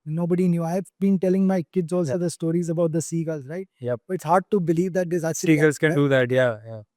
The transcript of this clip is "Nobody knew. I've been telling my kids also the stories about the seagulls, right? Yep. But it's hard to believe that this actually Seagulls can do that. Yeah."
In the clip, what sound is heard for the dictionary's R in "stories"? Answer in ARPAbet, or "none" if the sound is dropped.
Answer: R